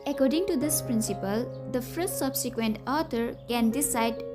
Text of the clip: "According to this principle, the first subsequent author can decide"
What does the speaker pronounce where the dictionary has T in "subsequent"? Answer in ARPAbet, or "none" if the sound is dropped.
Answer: T